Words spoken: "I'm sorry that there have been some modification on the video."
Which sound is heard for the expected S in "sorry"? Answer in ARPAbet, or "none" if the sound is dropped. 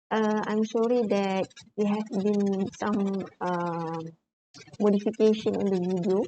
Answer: SH